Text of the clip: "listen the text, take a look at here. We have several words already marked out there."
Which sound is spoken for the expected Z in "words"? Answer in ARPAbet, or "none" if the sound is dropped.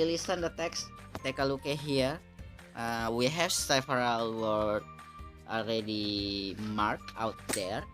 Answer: none